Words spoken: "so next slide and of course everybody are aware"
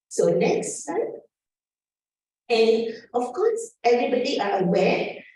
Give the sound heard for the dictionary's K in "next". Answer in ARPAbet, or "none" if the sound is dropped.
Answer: K